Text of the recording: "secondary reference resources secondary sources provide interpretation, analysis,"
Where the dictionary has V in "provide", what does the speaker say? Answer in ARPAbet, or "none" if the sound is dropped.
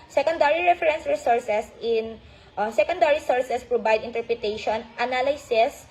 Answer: B